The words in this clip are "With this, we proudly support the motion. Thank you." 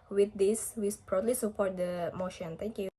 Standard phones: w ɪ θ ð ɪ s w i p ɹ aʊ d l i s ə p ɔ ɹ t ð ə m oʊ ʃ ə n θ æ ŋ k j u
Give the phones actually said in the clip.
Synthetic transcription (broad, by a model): w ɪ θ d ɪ s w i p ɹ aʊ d l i s ə p ɔ ɹ t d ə m oʊ ʃ ə n t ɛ k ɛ